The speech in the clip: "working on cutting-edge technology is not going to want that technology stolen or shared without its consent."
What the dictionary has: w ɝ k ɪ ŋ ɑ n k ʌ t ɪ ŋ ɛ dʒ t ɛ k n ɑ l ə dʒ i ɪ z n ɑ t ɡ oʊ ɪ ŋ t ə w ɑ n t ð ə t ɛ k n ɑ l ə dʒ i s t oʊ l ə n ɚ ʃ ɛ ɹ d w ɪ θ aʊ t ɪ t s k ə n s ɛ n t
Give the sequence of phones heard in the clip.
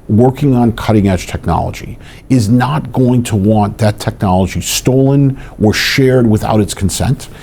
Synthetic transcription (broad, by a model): w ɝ k ɪ ŋ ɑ n k ʌ t ɪ ŋ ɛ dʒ t ɛ k n ɑ l ə dʒ i ɪ z n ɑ t ɡ oʊ ɪ ŋ t ə w ɑ n ð ə t ɛ k n ɑ l ə dʒ i s t oʊ l ə n ɚ ʃ ɛ ɹ d w ɪ θ aʊ t ɪ t s k n s ɛ n t